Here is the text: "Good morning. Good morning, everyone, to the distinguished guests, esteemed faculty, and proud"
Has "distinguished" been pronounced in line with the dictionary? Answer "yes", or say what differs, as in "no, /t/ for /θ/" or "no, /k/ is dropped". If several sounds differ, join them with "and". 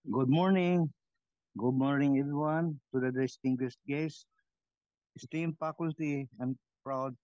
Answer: no, /s/ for /ʃ/